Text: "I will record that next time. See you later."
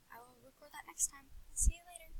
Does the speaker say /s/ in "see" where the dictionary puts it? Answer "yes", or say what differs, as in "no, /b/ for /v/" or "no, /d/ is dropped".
yes